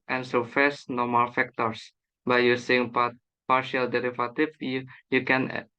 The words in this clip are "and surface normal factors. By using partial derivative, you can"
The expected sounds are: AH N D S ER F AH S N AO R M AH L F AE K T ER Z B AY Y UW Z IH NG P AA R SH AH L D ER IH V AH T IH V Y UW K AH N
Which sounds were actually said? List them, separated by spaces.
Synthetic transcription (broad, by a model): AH N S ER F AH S N AO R M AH L F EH K T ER S B AY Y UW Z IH NG P AA R SH AH L D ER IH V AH T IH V Y UW K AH N